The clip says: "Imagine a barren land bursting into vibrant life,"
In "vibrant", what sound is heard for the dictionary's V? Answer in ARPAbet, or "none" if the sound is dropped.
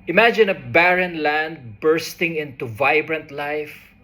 V